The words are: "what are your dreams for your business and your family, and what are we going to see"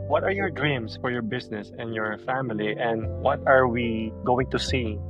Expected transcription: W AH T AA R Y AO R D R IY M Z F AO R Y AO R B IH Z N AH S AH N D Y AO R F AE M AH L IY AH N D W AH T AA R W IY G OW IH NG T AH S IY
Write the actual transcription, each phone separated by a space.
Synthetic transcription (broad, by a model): W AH T AA R Y AO R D R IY M S F AO R Y AO R B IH S N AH S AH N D Y AO R F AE M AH L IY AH N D W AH T AA R W IY G OW IH NG T AH S IY